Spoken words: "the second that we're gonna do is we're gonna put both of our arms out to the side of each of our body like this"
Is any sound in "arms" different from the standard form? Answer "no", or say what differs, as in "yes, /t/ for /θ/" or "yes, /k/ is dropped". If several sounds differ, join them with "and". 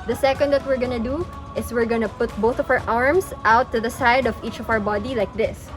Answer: yes, /s/ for /z/